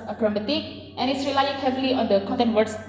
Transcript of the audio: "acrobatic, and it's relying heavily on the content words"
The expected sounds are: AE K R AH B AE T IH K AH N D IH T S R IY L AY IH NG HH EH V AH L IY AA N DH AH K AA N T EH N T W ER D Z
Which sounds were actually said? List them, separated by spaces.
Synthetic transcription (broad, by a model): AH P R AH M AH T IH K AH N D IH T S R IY L AY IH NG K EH F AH L IY AA N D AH K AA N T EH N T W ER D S